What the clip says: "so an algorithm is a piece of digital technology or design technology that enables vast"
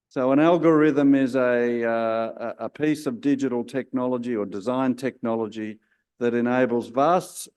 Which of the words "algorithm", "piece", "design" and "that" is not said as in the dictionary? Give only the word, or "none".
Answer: none